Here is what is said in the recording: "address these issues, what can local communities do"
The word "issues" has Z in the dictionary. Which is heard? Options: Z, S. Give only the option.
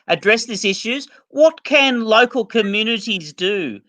Z